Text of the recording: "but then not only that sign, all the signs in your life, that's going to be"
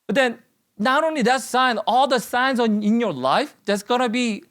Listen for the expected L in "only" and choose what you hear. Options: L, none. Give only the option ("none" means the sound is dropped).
L